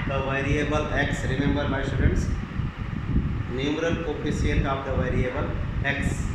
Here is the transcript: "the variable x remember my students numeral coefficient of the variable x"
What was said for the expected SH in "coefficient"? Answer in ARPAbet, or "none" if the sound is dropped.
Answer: S